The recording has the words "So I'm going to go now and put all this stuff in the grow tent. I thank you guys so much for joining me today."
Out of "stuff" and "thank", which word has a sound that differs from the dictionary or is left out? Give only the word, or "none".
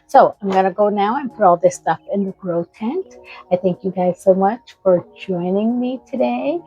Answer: none